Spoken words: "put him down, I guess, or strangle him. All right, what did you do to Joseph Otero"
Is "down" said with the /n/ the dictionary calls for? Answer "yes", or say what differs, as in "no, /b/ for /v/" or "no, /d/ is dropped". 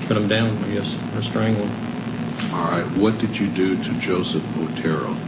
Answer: yes